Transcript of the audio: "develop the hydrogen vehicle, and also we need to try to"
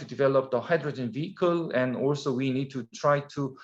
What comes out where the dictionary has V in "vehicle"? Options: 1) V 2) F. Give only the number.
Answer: 1